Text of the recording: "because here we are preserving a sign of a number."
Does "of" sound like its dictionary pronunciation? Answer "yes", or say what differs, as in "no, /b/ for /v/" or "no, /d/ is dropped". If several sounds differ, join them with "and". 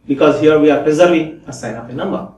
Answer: no, /p/ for /v/